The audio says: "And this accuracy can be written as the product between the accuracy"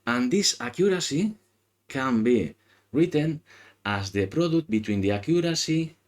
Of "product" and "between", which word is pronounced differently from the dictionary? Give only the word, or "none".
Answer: product